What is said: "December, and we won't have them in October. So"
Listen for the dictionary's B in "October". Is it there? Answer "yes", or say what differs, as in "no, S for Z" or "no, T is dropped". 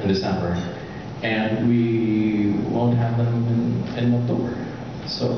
no, B is dropped